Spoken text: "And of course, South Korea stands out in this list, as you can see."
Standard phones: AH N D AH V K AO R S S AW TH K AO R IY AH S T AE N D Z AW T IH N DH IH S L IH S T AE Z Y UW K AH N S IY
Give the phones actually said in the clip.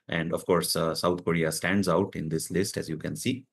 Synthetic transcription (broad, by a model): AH N D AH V K AO R S S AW T K AO R IY AH S T AE N D Z AW T IH N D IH S L IH S T AE Z Y UW K AH N S IY